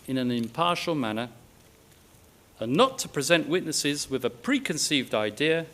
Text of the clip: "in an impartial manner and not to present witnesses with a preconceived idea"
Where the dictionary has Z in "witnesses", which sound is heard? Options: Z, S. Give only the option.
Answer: Z